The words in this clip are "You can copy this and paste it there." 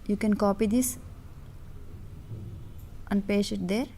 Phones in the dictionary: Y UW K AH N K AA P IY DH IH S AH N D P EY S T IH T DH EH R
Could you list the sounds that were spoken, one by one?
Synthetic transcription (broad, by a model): Y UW K AH N K AA P IY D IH S AH N D P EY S IH T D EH R